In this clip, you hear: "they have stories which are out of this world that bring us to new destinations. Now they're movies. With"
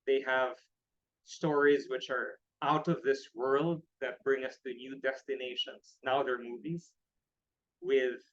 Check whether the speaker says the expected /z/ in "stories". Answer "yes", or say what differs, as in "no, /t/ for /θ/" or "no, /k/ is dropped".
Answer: yes